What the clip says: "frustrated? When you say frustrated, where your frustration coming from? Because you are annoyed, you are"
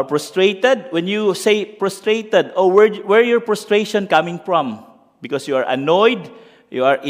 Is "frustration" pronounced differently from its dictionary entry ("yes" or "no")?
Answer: yes